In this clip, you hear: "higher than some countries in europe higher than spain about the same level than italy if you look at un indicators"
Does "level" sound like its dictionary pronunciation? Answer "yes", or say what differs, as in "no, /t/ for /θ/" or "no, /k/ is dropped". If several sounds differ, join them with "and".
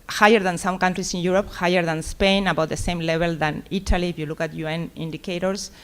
no, /b/ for /v/